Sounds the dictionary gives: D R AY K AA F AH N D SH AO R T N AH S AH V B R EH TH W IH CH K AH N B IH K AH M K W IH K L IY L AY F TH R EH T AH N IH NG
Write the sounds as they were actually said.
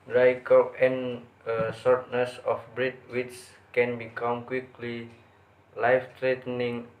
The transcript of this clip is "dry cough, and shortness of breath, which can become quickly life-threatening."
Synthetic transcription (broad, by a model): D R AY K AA AH N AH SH AO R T N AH S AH F B R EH T W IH S K AH N B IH K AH M K W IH K L IY L AY F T R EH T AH N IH NG